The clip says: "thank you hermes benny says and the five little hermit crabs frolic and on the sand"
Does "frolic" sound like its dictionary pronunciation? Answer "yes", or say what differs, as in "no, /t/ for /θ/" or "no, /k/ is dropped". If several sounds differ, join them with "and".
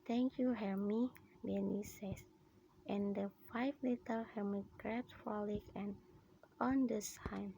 no, /ɹ/ is dropped